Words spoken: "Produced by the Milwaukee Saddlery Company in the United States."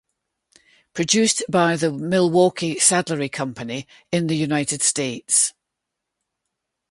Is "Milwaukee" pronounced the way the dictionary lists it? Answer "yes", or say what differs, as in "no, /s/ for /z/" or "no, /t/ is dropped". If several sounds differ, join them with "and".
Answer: yes